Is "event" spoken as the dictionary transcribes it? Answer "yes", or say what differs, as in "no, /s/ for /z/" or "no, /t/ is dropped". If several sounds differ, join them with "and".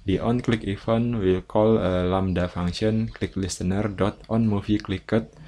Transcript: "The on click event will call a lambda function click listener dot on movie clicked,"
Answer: no, /f/ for /v/